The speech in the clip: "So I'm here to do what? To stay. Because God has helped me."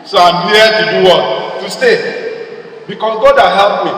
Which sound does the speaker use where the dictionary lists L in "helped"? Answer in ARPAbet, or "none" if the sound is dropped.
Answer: none